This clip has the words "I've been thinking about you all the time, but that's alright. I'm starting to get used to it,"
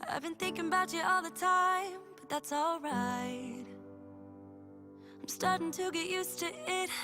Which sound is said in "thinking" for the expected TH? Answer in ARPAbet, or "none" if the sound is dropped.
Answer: TH